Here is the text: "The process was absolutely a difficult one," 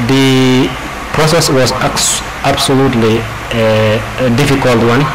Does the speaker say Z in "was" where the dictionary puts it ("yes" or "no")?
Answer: no